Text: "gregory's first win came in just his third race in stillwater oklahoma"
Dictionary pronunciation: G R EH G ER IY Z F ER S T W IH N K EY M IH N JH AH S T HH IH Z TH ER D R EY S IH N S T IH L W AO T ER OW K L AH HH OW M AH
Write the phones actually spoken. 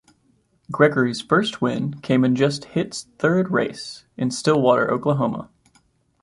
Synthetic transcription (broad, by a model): G R EH G ER IY Z F ER S T W IH N K EY M IH N JH AH S T HH IH S TH ER D R EY S IH N S T IH L W AO T ER OW K L AH HH OW M AH